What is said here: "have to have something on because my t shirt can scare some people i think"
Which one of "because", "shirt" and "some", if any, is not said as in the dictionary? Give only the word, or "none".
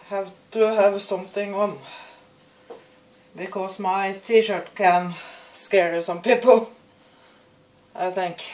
because